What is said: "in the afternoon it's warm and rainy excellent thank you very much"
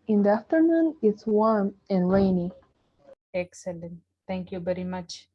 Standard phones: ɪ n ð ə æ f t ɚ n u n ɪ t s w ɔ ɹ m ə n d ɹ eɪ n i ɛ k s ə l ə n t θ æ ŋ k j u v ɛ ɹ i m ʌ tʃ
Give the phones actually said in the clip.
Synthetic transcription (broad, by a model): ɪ n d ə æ f t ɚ n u n ɪ t s w ɔ ɹ m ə n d ɹ eɪ n i ɛ k s ə l ə n t t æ ŋ k j u v ɛ ɹ i m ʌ tʃ